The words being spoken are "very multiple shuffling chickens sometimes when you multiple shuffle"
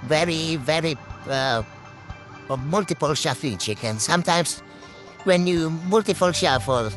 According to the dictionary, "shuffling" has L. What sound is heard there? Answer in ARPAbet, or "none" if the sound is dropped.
none